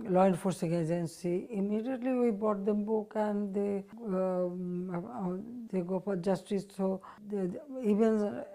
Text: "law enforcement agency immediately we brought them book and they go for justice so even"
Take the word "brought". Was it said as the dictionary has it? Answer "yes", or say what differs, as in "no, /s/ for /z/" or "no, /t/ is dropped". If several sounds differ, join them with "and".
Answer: no, /ɹ/ is dropped